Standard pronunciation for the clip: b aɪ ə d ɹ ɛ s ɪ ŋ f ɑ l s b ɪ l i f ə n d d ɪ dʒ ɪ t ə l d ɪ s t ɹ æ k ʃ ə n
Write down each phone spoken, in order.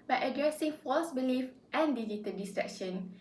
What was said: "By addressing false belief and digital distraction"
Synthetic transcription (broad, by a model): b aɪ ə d ɹ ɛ s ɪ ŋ f ɑ l s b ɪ l i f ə n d d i dʒ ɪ t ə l d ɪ s t ɹ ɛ k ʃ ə n